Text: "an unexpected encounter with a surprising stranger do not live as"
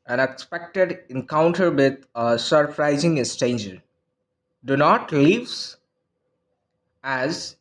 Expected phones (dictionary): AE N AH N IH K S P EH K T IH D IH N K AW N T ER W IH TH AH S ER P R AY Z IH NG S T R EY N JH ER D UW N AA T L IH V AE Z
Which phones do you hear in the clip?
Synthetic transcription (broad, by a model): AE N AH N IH K S P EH K T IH D IH N K AW N T ER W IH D AH S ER P R AY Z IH NG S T EY N JH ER D UW N AA T L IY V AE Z